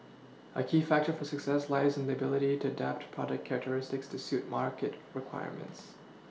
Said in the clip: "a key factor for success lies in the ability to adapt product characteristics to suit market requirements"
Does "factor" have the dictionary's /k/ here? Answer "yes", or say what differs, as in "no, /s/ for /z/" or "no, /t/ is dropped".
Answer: yes